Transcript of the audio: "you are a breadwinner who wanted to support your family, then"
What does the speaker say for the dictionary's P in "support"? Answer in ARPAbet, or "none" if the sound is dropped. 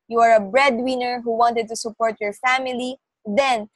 P